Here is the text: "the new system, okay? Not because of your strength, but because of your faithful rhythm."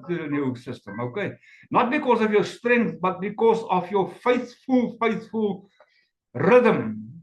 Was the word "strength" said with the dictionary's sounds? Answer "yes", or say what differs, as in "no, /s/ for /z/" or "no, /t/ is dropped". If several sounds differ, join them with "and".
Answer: yes